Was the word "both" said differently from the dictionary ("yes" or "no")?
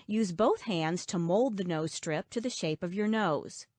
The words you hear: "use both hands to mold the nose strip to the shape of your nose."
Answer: no